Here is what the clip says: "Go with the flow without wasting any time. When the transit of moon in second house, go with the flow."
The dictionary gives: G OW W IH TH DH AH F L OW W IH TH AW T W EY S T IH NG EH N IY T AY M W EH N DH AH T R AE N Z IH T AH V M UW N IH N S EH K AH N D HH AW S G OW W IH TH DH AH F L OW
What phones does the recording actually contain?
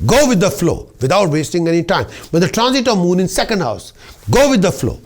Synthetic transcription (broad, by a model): G OW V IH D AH F L OW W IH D AW T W EY S T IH NG EH N IY T AY M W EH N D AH T R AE N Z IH T AH V M UW N IH N S EH K AH N D HH AW S G OW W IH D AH F L OW